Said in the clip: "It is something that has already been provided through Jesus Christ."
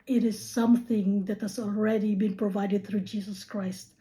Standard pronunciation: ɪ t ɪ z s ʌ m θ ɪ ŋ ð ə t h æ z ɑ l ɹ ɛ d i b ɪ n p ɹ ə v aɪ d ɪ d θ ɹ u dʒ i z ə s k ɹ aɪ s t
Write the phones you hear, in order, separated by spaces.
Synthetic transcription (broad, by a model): ɪ t ɪ z s ʌ m θ ɪ ŋ ð ə t h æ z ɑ l ɹ ɛ d i b ɪ n p ɹ ə v aɪ d ɪ d θ ɹ u dʒ i z ə s k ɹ aɪ s t